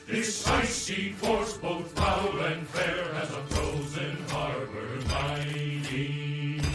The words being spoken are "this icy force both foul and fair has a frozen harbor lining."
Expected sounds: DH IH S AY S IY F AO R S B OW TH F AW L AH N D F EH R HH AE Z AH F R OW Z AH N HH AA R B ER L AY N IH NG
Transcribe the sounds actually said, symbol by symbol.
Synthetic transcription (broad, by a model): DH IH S AY S IY F AO R S B OW TH P AW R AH N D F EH R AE Z AH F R OW Z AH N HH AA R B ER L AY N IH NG